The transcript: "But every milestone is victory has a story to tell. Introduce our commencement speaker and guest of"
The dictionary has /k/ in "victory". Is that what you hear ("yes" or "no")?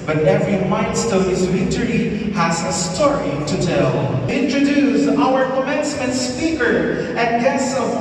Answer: no